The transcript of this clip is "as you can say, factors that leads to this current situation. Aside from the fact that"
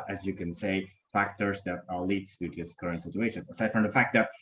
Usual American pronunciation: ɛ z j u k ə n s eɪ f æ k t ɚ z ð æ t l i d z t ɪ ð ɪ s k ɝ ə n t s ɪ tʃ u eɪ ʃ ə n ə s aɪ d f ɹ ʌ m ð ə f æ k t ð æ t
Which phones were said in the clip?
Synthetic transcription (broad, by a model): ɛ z j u k ə n s eɪ f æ k t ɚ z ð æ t l i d t ɪ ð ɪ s k ɝ ə n t s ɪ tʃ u eɪ ʃ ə n ə s aɪ d f ɹ ʌ m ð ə f æ k t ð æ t